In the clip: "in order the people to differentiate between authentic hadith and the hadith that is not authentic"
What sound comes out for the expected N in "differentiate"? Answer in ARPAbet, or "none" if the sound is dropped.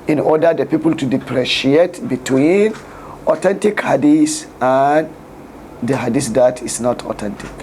none